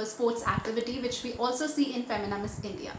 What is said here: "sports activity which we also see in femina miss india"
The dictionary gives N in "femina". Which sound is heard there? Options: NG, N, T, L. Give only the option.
N